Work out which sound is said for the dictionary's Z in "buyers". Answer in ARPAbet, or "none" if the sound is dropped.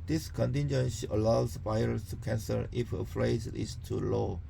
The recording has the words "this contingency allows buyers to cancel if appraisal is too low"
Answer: S